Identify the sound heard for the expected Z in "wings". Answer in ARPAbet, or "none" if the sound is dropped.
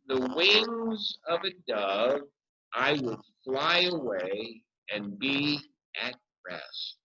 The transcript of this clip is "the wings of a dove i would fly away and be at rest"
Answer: Z